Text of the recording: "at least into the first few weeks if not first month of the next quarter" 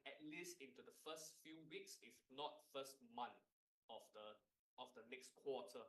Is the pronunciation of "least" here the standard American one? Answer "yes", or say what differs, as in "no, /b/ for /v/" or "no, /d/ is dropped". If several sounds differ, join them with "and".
yes